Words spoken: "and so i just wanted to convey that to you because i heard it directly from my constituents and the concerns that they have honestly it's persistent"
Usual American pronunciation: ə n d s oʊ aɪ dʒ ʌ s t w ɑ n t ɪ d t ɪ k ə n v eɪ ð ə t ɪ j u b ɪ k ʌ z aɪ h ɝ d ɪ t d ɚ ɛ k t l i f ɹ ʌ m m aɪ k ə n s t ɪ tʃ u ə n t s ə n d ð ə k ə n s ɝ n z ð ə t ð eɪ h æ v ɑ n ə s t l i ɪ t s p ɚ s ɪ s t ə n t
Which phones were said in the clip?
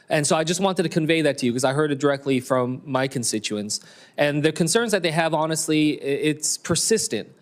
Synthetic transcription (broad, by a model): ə n s oʊ aɪ dʒ ʌ s t w ɑ n t ɪ d t ɪ k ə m v eɪ ð ə t ɪ j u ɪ k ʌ z aɪ h ɝ d ɪ t d ɚ ɛ k t l i f ɹ ʌ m m aɪ k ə n s t ɪ tʃ u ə n s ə n ð ə k ə n s ɝ n z ð ə t ð eɪ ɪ v ɑ n ə s t l i ɪ t s p ɚ s ɪ s t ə n t